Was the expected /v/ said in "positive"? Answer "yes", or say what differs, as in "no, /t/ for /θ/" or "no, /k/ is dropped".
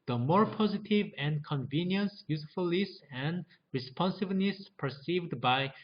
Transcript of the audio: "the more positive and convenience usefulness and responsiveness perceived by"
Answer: yes